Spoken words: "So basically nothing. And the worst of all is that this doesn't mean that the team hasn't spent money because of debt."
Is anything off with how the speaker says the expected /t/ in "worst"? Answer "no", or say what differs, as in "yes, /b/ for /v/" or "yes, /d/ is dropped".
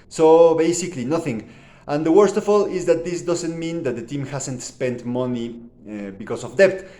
no